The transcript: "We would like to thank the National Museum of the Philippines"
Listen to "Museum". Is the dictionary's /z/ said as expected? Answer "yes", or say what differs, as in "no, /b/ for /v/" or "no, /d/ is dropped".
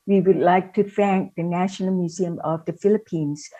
yes